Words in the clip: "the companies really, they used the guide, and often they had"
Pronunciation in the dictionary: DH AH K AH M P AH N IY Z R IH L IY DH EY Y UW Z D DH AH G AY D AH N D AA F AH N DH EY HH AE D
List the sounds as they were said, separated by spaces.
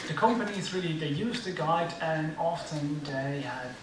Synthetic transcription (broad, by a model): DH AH K AH M P AH N IY Z R IH L IY DH EY Y UW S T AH G AY D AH N AA F AH N DH EY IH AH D